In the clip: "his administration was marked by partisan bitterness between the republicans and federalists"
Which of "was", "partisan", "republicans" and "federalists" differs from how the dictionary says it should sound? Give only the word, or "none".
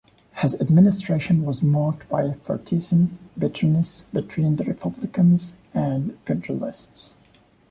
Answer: partisan